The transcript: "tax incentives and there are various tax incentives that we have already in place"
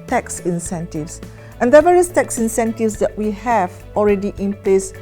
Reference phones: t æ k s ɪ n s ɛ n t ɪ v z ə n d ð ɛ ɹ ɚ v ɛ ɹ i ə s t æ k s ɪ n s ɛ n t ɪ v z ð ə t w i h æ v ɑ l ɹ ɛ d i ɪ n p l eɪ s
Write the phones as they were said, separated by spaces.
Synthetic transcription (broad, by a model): t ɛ k s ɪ n s ɛ n t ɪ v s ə n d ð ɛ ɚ v ɛ ɹ i ə s t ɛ k s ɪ n s ɛ n t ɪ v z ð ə t w i h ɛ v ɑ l ɹ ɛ d i ɪ n p l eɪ s